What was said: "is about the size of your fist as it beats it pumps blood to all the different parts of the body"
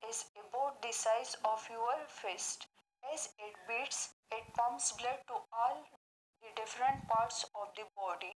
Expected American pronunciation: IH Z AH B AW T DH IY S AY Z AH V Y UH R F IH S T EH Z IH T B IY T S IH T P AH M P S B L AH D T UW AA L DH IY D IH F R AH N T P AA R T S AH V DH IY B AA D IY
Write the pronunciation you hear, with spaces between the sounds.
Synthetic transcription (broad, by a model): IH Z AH B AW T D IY S AY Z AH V Y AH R F IH S T EH Z IH T B IY T S IH T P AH M S B L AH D T UW AA L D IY D IH F R AH N T P AA R T S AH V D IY B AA D IY